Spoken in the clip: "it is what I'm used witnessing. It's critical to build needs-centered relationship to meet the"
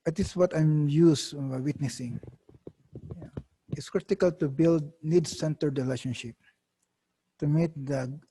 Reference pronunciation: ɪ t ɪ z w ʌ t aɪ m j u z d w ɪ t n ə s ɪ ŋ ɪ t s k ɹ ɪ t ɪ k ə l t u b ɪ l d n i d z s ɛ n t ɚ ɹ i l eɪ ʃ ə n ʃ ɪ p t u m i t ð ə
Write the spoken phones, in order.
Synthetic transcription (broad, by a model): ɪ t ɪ s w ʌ t aɪ m j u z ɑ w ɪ t n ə s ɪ ŋ ɪ t s k ɹ ɪ t ɪ k ə l t u b ɪ l d n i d s ɛ n t ɚ ɹ i l eɪ ʃ ə n ʃ ɪ p t u m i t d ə